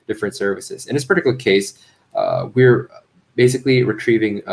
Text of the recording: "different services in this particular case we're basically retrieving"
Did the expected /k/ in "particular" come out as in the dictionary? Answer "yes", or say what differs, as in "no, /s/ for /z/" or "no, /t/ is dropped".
no, /k/ is dropped